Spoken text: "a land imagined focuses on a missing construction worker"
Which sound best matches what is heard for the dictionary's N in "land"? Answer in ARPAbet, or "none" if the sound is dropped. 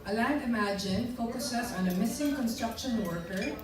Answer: none